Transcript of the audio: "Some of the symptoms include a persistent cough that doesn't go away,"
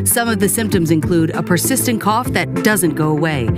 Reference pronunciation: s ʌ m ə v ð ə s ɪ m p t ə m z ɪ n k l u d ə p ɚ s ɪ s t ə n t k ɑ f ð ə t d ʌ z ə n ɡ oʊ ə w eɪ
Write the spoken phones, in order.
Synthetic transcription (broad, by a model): s ʌ m ə v ð ə s ɪ m p t ə m z ɪ n k l u d ə p ɚ s ɪ s t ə n k ɑ f ð ə t d ʌ z ə n ɡ oʊ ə w eɪ